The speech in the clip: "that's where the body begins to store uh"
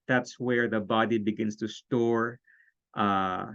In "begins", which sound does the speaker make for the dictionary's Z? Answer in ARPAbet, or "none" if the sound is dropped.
S